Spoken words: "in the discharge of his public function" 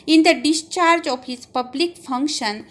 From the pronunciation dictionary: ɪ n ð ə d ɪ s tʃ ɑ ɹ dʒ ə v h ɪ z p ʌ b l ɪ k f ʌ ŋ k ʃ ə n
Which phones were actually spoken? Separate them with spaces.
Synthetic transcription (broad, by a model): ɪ n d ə d ɪ s tʃ ɑ ɹ dʒ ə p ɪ s p ʌ b l ɪ k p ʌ ŋ k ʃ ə n